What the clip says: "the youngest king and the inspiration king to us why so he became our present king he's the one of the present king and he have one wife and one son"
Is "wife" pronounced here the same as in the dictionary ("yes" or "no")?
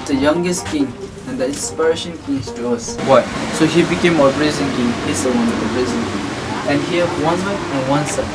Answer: no